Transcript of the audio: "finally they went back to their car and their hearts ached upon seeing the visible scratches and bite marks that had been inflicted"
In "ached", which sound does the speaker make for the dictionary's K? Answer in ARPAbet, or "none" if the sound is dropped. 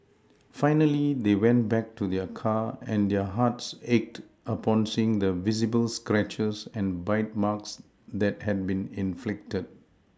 K